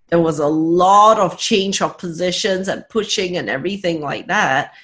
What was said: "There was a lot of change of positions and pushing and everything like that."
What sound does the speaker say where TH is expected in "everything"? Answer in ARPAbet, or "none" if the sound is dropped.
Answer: TH